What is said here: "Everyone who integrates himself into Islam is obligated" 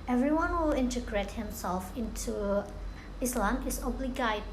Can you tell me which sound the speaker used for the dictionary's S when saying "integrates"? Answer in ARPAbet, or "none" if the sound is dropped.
none